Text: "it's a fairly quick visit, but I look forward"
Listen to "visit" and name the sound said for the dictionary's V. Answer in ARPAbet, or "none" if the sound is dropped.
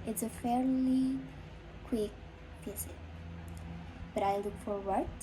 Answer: P